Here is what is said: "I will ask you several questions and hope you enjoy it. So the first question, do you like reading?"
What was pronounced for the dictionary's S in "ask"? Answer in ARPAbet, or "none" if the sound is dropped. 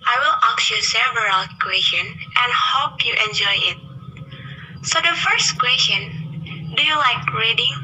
none